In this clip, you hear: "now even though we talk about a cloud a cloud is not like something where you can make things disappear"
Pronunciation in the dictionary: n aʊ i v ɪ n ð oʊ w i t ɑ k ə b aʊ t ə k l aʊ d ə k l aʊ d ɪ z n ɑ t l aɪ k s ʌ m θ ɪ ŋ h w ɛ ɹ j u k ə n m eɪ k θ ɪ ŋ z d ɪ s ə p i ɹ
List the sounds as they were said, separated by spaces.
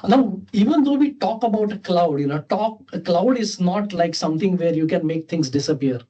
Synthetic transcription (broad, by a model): n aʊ i v ɪ n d oʊ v i t ɑ k ə b aʊ t ə k l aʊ d ə k l aʊ d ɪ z n ɑ t l aɪ k s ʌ m t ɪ ŋ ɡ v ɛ ɹ j u k ə n m eɪ k t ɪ ŋ s d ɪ s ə p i ɹ